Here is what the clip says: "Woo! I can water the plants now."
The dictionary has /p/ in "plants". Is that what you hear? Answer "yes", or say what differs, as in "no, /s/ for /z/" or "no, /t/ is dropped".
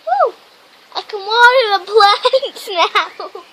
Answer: no, /b/ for /p/